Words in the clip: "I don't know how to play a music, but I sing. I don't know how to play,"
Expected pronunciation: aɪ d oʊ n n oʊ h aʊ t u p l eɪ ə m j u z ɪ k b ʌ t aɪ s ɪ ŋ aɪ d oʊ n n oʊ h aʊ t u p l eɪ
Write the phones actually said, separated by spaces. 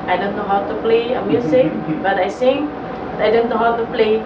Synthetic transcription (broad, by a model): aɪ d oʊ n n oʊ h aʊ t u p l eɪ ə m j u s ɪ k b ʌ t aɪ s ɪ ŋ aɪ d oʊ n n oʊ h aʊ t u p l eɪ